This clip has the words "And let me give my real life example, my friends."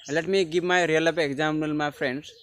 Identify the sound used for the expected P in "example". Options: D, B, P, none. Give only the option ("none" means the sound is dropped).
none